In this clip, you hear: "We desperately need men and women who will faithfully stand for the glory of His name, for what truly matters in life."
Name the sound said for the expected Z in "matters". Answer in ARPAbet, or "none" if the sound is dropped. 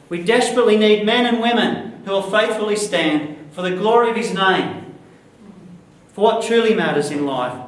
Z